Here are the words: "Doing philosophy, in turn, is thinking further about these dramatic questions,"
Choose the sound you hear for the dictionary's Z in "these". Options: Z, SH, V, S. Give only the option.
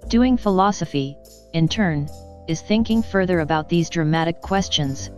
Z